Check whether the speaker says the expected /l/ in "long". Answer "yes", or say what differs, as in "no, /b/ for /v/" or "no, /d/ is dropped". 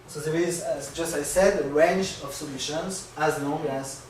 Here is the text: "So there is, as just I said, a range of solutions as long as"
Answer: no, /n/ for /l/